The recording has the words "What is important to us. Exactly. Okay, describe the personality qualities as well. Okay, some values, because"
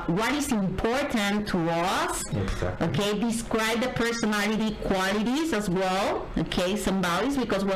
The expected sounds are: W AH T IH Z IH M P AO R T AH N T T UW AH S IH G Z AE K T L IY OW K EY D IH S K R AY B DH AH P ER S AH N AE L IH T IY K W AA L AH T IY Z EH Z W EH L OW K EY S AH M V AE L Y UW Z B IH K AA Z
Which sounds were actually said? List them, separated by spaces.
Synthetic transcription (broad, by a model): W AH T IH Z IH M P AO R T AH N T T UW AH S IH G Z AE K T OW K EY D IH S K R AY B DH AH P ER S AH N AE L IH T IY K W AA L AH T IY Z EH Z W EH L OW K EY S AH M B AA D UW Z B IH K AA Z